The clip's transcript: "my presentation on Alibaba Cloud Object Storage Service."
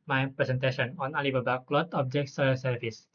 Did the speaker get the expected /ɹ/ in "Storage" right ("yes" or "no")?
no